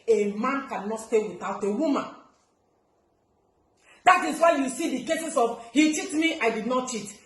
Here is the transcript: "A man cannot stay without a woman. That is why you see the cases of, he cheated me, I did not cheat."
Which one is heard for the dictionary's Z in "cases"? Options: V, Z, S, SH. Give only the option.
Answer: S